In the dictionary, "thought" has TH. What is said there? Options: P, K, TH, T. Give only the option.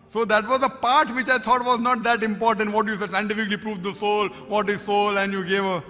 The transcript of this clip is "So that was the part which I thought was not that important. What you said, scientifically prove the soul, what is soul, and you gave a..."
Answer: T